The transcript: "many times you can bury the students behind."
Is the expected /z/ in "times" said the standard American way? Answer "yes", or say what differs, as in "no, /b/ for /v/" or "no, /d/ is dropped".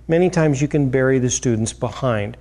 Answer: yes